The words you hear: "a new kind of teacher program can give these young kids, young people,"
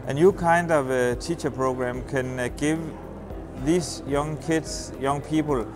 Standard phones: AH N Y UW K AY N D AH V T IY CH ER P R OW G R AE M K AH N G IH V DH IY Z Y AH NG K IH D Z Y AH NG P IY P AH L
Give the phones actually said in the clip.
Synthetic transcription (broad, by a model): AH N Y UW K AY N D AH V T IY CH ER P R OW G R AE M K AH N G IH V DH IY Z Y AH NG K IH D S Y AH NG P IY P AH L